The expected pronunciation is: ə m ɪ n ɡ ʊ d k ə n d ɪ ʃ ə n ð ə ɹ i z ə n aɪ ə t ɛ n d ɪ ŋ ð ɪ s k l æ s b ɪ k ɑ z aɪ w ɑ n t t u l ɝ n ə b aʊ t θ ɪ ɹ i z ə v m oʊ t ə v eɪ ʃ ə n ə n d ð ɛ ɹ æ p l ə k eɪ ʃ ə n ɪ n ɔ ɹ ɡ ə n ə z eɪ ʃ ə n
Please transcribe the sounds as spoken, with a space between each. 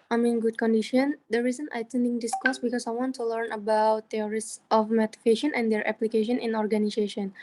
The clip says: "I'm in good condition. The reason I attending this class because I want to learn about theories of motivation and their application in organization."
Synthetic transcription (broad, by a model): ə m ɪ n ɡ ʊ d k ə n d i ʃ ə n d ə ɹ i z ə n aɪ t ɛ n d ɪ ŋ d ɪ s k ɔ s b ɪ k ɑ s aɪ w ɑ n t t u l ɝ n ə b aʊ t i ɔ ɹ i s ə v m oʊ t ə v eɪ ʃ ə n ə n d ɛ ɹ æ p l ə k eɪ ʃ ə n ɪ n ɔ ɹ ɡ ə n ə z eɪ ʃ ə n